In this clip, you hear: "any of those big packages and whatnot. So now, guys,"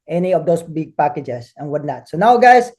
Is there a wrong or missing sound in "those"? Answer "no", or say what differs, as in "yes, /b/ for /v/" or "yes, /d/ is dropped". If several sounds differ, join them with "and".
yes, /s/ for /z/